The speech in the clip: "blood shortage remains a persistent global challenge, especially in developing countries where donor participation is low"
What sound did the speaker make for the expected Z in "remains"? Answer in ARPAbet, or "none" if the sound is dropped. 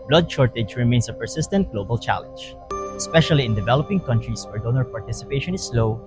S